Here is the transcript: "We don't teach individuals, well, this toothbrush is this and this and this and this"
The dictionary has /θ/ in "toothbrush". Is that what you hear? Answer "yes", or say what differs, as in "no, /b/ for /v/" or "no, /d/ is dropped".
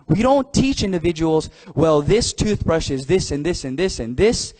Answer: yes